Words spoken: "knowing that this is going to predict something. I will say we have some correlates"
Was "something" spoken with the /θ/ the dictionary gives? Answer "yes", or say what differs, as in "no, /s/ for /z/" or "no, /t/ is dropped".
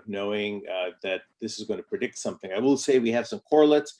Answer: yes